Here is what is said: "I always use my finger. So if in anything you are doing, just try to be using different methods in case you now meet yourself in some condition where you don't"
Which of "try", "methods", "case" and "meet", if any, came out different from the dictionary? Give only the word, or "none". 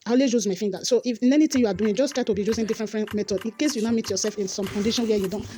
methods